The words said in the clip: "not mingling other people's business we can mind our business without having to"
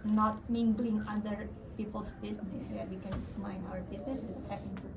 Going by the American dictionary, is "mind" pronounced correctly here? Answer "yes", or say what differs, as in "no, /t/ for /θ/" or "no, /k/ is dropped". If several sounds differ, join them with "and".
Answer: no, /d/ is dropped